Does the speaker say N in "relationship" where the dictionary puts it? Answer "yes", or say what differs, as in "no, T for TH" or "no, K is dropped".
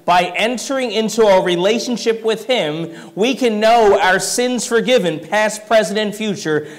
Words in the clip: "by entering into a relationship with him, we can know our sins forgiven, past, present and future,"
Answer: yes